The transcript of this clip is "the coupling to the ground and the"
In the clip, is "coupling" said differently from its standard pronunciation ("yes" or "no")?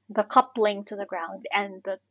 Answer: no